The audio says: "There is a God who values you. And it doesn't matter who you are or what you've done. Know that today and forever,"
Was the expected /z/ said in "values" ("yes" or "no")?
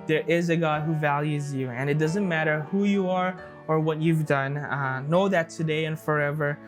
yes